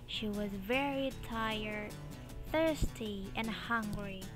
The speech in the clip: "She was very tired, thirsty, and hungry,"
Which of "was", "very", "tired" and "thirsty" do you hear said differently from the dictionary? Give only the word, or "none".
none